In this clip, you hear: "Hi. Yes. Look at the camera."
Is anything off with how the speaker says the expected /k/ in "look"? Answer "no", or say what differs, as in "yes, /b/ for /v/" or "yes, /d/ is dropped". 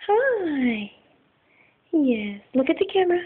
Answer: no